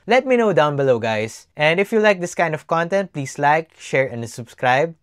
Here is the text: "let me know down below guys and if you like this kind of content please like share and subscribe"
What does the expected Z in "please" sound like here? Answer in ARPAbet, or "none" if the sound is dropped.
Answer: S